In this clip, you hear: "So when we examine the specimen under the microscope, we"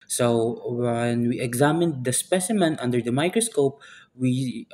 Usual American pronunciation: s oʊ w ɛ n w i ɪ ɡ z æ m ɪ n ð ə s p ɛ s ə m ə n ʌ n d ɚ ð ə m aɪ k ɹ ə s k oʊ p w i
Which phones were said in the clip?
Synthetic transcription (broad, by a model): s oʊ w ɛ n w i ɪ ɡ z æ m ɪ n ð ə s p ɛ s ə m ə n ʌ n d ɚ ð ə m aɪ k ɹ ə s k oʊ p w i